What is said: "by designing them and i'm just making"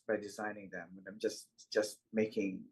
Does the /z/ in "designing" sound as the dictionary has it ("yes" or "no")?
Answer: yes